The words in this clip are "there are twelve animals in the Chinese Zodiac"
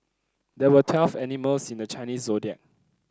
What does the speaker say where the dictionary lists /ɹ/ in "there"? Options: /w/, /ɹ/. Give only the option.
/w/